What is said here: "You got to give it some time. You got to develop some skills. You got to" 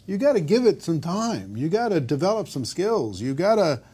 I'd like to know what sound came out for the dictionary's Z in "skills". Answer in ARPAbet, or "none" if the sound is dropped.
Z